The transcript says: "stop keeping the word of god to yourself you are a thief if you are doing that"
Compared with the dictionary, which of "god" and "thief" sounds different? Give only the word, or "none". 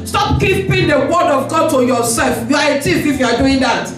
thief